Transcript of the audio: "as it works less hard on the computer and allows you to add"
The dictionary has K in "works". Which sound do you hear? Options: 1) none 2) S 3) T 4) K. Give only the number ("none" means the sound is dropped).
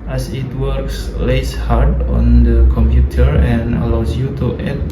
4